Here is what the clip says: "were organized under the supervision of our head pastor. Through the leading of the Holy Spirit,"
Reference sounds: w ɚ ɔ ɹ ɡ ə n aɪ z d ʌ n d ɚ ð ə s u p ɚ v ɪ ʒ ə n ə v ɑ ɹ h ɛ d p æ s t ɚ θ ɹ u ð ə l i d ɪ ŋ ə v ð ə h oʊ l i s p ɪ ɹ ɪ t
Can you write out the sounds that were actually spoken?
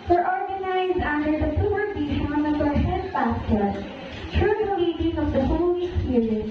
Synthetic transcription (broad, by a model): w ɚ ɔ ɹ ɡ ə n aɪ z d ʌ n d ɚ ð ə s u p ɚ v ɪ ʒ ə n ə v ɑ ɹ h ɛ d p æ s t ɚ t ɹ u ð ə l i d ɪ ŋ ə v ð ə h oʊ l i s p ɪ ɹ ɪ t